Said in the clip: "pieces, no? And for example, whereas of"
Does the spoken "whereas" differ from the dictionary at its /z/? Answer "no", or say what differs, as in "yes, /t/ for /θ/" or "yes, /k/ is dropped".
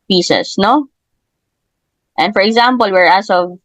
yes, /s/ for /z/